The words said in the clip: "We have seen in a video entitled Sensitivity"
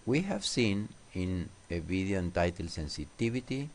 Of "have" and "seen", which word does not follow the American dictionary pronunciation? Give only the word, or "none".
none